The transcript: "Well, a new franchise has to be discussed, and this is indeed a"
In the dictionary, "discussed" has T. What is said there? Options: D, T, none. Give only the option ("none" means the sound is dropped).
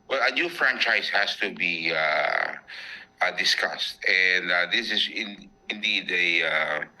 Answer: T